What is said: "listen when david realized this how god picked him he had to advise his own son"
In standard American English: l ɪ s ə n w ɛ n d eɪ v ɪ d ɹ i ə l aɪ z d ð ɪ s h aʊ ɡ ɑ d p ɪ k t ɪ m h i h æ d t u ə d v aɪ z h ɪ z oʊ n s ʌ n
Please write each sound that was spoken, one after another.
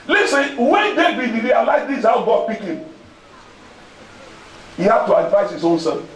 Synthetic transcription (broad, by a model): l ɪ s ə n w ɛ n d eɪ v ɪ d ɹ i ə l aɪ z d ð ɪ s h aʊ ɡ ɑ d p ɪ k ɪ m h i h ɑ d t u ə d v aɪ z h ɪ z oʊ n s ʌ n